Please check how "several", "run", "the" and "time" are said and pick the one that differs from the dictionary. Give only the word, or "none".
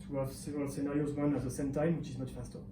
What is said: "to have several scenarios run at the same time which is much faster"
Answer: run